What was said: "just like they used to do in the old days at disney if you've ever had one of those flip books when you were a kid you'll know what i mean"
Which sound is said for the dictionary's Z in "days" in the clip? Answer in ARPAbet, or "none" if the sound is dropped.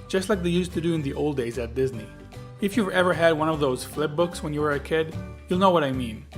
Z